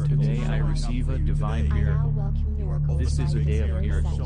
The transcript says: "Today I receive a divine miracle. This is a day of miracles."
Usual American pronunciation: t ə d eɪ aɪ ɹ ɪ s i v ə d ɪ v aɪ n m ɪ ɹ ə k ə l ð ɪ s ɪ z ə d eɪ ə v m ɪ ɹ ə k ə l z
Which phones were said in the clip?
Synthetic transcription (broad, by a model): t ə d eɪ aɪ ɹ ɪ s i v ə d ɪ v aɪ n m ɪ ɹ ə k l ð ɪ s ɪ z ə d eɪ ə v m ɪ ɹ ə k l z